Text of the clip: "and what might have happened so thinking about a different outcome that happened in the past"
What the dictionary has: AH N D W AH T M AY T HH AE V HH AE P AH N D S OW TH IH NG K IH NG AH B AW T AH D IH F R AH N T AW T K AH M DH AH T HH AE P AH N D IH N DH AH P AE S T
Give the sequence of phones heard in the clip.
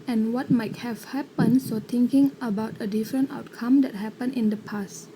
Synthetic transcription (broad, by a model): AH N W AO T M AY T HH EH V HH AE P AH N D S OW T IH NG K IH NG AH B AW T AH D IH F R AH N T AW T K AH M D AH T HH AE P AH N IH N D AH P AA S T